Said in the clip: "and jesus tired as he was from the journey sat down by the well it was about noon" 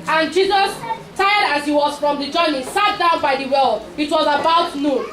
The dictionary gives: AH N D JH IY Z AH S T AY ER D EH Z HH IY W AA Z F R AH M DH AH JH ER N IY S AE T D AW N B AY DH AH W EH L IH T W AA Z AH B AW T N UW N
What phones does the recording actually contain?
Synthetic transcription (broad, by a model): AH N JH IY Z AH S T AY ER D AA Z HH IY W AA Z F R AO M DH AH JH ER N IY S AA T D AW N B AY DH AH W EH L IH T W AA Z AH B AW T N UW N